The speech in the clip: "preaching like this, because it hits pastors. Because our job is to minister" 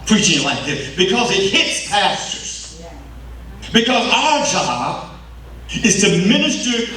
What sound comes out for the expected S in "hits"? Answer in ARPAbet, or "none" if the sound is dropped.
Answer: S